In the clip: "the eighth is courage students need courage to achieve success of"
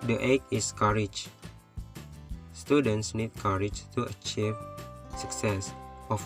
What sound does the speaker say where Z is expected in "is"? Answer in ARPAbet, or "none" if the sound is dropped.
S